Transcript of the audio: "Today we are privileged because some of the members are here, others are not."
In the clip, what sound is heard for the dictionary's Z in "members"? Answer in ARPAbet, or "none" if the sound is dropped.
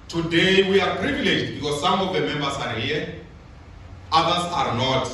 S